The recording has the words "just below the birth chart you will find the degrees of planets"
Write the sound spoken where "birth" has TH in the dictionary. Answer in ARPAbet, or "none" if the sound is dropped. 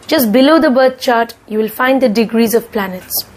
T